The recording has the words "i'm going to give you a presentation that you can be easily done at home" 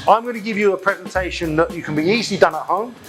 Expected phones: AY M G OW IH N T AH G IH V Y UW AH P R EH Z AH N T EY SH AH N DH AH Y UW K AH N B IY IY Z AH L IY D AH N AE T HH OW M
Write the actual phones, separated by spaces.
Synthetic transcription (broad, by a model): AY M G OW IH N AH G IH V Y AH P R EH Z AH N T EY SH AH N DH AH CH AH K AH N B IY IY Z AH L IY D AH N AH T HH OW M